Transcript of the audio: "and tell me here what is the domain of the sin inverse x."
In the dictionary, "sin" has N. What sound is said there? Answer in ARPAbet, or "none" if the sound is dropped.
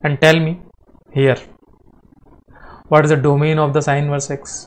none